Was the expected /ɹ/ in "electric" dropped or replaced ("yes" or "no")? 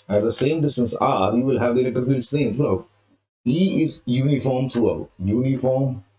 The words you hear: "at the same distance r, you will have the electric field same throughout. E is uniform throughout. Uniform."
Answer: yes